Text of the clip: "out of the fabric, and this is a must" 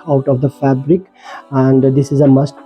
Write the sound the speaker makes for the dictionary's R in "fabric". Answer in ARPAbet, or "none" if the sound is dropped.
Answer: R